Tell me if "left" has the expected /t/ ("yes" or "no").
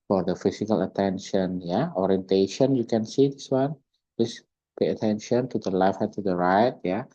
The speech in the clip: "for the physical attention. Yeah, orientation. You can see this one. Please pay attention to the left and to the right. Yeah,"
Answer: no